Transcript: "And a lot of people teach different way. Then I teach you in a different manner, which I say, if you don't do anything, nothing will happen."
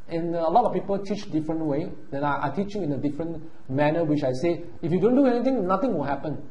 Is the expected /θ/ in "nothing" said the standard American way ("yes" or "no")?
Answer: no